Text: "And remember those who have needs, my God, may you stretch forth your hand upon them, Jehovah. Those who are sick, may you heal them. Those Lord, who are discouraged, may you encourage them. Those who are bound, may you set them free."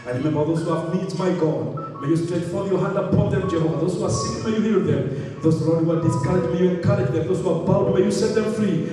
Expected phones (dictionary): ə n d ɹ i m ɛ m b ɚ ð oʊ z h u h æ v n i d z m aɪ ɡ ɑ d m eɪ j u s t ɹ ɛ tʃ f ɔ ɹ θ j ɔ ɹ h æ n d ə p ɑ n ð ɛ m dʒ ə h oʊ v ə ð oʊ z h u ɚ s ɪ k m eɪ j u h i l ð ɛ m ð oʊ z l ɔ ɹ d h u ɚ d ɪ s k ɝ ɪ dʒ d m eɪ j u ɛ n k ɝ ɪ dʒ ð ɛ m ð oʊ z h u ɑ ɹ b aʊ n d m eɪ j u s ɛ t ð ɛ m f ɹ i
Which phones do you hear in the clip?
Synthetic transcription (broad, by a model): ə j ɹ i m ɛ m b ɚ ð oʊ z h u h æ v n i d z m aɪ ɡ ɑ d m eɪ j u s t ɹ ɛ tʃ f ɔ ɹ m j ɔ h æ n d ə p ɑ n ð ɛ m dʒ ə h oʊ ə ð oʊ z h u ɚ s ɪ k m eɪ j u h i l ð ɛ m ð oʊ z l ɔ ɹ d h u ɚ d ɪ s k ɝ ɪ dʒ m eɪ j u ɛ n k ɝ ɪ dʒ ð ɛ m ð oʊ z h u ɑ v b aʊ l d m eɪ j u s ɛ t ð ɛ m f ɹ i